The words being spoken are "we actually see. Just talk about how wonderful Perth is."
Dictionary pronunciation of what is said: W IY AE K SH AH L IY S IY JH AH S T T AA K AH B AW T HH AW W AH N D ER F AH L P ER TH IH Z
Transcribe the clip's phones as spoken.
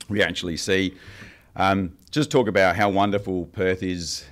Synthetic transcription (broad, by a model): W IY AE K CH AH L IY S IY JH AH S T T AA K AH B AW T HH AW W AH N D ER F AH L P ER TH IH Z